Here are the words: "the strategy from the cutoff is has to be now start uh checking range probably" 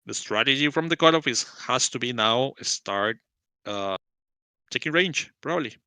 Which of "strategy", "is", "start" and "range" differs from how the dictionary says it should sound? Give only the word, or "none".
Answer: is